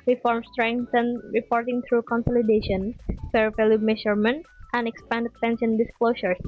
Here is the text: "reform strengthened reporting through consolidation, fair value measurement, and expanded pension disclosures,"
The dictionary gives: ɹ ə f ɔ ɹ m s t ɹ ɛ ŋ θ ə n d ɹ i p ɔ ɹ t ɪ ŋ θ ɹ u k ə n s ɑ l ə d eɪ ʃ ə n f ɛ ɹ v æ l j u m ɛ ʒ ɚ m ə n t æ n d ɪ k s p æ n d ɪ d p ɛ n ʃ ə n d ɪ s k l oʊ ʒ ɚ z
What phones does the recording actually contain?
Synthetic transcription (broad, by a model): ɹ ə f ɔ ɹ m s t ɹ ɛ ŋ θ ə n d ɹ i p ɔ ɹ t ɪ ŋ t ɹ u k ə n s ɑ l ə d eɪ ʃ ə n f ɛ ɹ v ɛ l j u m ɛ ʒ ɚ m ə n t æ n d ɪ k s p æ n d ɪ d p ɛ n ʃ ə n d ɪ s k l oʊ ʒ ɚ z